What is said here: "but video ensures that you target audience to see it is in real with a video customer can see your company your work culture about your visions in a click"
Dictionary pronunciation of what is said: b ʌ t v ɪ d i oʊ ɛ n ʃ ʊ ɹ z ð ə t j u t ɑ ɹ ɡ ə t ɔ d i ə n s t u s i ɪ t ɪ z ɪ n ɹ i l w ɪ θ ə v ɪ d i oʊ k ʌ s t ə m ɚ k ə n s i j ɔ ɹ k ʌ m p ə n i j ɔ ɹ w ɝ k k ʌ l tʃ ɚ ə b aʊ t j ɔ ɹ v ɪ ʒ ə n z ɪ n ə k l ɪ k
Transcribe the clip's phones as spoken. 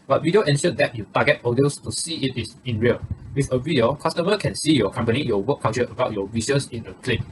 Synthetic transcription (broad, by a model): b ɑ t w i d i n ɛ n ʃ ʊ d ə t j u t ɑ ɡ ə t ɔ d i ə s t u s i ɪ t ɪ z ɪ n ɹ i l w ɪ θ ə v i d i oʊ k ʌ s t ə m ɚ k ə n s i j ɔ k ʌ m p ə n i j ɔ w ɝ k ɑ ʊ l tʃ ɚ ə b aʊ t j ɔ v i s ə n s ɪ n ə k l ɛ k